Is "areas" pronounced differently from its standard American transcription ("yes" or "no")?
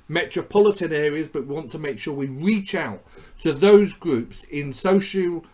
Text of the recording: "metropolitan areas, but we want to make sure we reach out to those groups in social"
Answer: no